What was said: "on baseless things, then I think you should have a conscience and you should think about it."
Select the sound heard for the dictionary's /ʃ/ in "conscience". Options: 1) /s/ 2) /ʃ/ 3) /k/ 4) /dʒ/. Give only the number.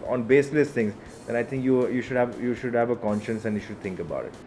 2